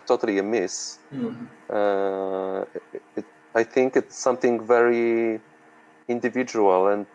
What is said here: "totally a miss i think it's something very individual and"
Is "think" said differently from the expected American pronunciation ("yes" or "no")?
no